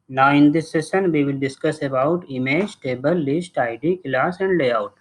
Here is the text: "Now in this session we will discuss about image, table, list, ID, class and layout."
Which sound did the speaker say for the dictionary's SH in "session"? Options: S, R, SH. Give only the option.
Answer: S